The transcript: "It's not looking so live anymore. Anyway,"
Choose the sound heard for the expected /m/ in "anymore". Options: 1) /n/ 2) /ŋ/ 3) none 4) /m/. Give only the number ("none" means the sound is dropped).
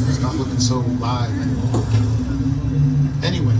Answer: 3